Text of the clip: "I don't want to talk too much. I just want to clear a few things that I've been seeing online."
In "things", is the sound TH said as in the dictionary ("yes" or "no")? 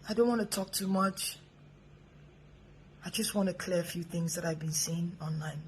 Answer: yes